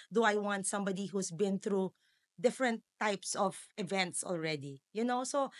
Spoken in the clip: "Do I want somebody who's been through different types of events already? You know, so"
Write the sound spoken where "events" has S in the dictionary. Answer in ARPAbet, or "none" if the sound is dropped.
S